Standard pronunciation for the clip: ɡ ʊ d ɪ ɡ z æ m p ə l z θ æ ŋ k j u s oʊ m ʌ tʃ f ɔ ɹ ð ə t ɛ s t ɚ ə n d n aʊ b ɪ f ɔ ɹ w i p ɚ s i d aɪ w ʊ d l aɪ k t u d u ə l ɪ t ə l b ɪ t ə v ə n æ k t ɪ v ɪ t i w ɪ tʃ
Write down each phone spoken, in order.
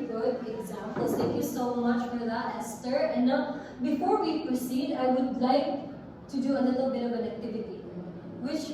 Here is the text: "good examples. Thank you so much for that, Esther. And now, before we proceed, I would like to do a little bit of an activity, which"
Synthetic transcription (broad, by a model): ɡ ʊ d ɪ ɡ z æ m p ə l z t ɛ k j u s oʊ m ʌ tʃ f ɔ ɹ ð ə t ɛ s t ɚ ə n n aʊ b ɪ f ɔ ɹ w i p ɚ s i d aɪ w ʊ d l aɪ k t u d u ə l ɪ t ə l b ɪ t ə v ə n æ k t ɪ v ɪ t i w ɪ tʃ